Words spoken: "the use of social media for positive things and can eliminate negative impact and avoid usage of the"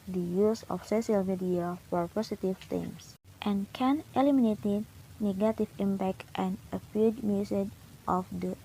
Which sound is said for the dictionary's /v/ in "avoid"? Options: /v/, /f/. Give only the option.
/f/